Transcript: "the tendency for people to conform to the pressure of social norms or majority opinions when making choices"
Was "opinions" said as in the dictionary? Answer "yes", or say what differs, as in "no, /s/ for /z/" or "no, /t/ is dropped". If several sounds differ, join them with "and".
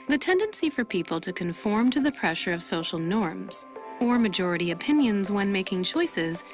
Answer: yes